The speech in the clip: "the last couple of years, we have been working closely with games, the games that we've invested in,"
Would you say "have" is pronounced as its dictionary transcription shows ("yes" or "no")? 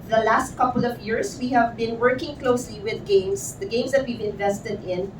yes